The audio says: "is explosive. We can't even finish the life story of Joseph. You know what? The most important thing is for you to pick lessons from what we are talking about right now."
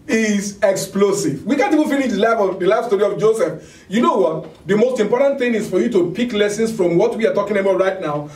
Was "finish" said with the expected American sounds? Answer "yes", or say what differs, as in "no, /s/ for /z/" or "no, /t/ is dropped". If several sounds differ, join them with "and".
no, /l/ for /n/